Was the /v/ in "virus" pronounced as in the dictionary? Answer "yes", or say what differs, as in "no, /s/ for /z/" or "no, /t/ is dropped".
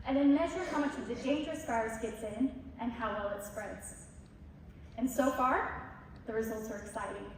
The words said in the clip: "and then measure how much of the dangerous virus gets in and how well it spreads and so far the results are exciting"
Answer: no, /f/ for /v/